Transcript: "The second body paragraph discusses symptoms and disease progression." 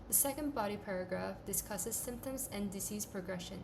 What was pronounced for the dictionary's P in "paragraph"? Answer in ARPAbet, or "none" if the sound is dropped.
P